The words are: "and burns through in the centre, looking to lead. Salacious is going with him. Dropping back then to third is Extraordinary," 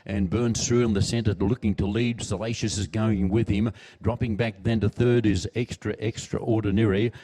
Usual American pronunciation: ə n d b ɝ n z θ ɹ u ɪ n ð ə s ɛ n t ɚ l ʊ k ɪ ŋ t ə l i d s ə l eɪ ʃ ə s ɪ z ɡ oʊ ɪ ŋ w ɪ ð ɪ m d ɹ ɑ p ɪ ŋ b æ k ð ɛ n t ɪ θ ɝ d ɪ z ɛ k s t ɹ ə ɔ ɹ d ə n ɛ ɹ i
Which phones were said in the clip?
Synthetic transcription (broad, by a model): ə n b ɝ n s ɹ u ɪ n ð ə s ɛ n t ɚ l ʊ k ɪ ŋ t ə l i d s ə l eɪ ʃ ə s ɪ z ɡ oʊ ɪ ŋ w ɪ ð ɪ m d ɹ ɑ p ɪ ŋ b æ k ð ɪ n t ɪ θ ɝ d ɪ z ɛ k s t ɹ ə ɔ ɹ d n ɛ ɹ i